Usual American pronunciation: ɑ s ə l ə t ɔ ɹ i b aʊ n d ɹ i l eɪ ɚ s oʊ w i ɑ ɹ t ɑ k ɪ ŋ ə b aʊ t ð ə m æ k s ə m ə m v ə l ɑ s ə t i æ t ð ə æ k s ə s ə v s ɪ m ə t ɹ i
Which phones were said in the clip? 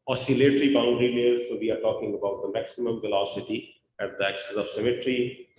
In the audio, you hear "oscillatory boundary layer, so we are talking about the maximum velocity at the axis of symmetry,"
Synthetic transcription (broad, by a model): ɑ s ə l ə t ɹ i b aʊ n d ɹ i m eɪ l s oʊ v i ɑ ɹ t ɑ k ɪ ŋ ə b aʊ t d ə m æ k s ə m ə m v ə l ɑ s ə t i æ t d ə æ k s ə s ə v s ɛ m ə t ɹ i